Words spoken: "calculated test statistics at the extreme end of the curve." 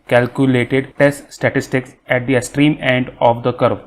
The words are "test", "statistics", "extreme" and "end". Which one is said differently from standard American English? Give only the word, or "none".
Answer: extreme